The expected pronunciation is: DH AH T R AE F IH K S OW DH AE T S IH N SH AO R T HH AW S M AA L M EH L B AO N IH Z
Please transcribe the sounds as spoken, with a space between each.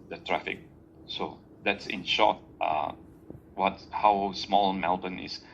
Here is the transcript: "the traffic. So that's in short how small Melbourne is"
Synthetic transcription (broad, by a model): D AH T R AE F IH K S OW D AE T S IH N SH AO W T HH AW S M AA L M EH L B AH N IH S